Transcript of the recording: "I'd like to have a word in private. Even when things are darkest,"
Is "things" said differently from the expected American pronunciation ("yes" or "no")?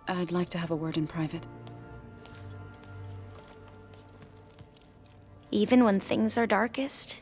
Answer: no